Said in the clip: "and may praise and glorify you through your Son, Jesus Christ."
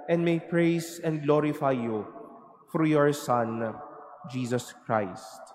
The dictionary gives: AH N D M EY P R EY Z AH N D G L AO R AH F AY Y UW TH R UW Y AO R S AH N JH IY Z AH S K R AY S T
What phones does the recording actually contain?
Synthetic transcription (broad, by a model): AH N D M EY P R EY S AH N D G L AO R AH F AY Y UW F R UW Y AO R S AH N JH IY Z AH S K R AY S T